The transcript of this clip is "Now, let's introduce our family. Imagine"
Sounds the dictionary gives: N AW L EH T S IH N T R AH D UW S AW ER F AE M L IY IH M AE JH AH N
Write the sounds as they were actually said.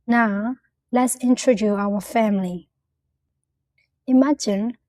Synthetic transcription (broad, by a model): N AW L EH T S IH N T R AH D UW AW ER F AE M L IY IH M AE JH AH N